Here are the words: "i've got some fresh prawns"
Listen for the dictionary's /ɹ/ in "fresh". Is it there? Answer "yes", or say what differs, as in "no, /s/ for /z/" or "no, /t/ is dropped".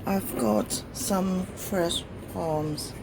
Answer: yes